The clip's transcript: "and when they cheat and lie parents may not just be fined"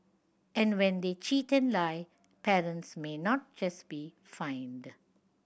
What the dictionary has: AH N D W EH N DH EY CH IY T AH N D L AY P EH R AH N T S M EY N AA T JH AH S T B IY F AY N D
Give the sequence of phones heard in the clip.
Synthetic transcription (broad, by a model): AH N D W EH N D EY CH IY T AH N L AY P EH R AH N T S M EY N AA T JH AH S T B IY F AY N D